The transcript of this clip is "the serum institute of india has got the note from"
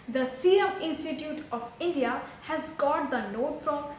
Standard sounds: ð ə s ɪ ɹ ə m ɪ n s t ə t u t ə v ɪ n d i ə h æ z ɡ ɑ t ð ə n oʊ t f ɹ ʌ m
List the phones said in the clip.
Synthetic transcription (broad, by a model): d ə s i ə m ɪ n s t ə t u t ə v ɪ n d i ə h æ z ɡ ɑ t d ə n oʊ t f ɹ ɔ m